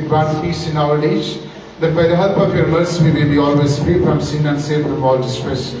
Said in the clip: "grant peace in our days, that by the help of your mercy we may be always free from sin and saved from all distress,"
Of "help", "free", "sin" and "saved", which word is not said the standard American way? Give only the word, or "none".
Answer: saved